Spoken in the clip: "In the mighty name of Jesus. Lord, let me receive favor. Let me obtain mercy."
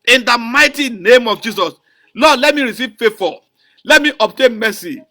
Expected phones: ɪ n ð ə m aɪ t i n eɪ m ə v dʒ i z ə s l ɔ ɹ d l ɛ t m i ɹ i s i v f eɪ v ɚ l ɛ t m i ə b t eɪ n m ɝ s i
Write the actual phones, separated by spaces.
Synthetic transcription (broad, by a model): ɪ n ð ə m aɪ t i n eɪ m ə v dʒ i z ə s l ɔ d l ɛ t m i ɹ i s i v f eɪ f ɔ l ɛ t m i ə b t eɪ n m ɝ s i